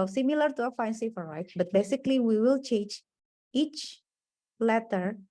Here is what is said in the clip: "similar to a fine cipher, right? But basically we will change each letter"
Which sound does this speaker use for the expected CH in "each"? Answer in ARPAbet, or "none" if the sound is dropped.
CH